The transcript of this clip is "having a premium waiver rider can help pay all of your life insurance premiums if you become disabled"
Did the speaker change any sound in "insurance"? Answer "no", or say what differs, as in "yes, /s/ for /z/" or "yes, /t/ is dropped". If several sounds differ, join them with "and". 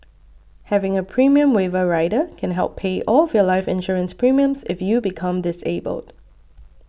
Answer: no